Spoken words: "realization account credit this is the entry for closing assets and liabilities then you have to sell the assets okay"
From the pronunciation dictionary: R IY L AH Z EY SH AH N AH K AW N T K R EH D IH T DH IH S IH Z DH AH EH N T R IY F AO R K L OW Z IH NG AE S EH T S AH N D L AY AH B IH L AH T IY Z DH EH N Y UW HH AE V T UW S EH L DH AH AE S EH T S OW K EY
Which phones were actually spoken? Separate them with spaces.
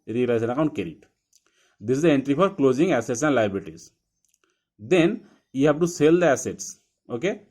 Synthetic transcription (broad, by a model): R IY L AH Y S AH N AH K AW N T K EH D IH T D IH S IH Z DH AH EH N T R IY F AO R K L OW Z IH NG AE S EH T S AH N D L AY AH B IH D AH T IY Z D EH N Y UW HH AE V T UW S EH L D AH AE S EH T S OW K EY